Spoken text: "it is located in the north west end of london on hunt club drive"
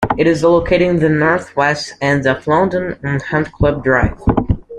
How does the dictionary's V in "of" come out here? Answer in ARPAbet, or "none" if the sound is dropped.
F